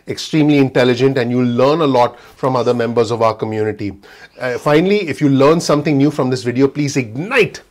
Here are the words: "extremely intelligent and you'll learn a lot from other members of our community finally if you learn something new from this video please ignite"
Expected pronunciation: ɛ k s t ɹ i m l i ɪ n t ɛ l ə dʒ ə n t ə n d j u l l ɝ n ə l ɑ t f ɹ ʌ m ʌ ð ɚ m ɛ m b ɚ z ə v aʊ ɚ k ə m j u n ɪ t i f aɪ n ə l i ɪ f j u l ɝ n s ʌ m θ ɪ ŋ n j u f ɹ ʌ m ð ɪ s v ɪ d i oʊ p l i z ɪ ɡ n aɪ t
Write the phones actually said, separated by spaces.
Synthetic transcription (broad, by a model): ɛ k s t ɹ i m l i ɪ n t ɛ l ə dʒ ə n t ə n d j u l l ɝ n ə l ɑ t f ɹ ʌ m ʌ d ɚ m ɛ m b ɚ z ə v aʊ ɚ k ə m j u n ɪ t i f aɪ n ə l i ɪ f j u l ɝ n s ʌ m t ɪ ŋ n j u f ɹ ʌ m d ɪ s v ɪ d i oʊ p l i z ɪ ɡ n aɪ t